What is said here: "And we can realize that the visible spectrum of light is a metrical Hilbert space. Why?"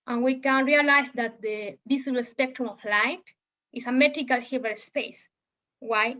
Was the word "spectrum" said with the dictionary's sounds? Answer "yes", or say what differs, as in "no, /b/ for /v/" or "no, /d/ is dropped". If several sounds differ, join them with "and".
yes